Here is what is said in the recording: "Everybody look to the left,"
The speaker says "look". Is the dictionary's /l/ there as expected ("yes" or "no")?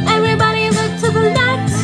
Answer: no